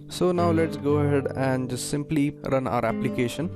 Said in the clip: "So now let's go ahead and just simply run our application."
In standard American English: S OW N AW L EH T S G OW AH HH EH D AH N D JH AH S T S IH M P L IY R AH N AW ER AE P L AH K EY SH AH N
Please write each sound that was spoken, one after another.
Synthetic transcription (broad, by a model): S OW N AW L EH T S G OW AH HH EH D AH N D JH AH S T S IH M P L IY R AH N AW ER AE P L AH K EY SH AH N